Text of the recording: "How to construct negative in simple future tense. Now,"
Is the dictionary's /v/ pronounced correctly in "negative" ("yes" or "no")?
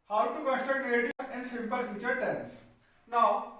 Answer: no